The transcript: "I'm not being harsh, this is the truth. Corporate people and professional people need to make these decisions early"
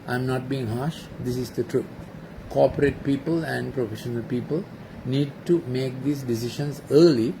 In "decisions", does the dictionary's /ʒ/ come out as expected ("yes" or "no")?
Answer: no